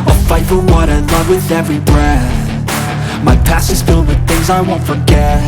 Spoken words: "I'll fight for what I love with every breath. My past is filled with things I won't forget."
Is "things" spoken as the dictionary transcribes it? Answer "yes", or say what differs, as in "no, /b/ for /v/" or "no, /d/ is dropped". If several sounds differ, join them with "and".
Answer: yes